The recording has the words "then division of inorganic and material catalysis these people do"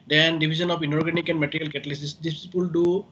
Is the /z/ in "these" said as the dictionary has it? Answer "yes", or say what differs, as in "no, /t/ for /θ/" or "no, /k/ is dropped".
no, /s/ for /z/